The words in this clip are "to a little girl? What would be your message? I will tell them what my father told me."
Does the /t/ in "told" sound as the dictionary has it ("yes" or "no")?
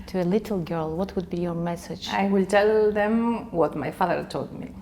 yes